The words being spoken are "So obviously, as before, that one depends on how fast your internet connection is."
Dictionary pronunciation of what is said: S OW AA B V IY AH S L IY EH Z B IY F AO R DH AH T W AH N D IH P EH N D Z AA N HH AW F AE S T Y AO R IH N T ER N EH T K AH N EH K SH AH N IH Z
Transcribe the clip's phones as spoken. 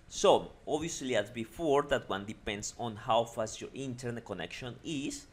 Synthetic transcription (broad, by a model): S OW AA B IY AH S L IY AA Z B IY F AO R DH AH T W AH N D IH P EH N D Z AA N HH AW F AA S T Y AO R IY N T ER N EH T K AH N EH K SH AH N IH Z